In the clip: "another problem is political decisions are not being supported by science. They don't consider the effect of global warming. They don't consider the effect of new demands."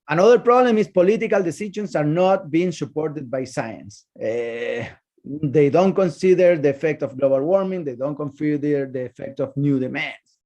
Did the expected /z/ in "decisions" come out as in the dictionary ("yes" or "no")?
no